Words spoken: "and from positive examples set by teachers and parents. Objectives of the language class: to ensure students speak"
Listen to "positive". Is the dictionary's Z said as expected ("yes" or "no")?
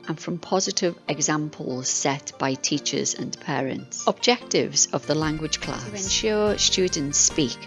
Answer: yes